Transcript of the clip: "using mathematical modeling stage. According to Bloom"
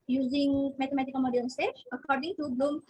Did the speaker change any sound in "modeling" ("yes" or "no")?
yes